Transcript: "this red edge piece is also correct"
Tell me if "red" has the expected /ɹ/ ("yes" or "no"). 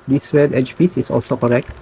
no